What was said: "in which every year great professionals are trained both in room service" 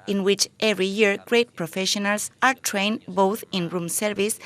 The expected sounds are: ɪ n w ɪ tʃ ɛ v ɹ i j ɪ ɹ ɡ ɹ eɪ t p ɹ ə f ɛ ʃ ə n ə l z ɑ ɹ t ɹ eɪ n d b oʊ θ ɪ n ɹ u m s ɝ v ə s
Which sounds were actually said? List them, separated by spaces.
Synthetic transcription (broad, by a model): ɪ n w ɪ tʃ ɛ v ɹ i j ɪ ɹ ɡ ɹ eɪ t p ɹ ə f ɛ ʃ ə n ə l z ɑ ɹ t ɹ eɪ n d b oʊ θ ɪ n ɹ u m s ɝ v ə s